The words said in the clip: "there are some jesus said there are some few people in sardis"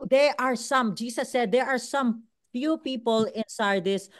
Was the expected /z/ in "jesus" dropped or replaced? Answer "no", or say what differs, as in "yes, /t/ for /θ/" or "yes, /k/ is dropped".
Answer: yes, /s/ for /z/